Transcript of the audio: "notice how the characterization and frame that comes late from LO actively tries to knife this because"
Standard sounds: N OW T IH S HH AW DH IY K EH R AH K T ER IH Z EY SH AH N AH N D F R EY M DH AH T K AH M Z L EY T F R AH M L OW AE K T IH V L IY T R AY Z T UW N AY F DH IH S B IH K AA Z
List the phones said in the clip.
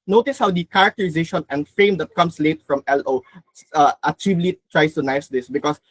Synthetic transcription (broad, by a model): N OW T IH S HH AW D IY K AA R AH K T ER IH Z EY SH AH N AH N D F R EY M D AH T K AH M S L EY T F R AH M L OW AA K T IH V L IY T R AY S T UW N AY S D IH S B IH K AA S